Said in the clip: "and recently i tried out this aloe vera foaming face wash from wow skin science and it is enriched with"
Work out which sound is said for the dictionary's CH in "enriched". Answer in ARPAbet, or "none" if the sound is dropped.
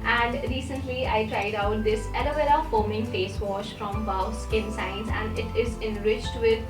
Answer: CH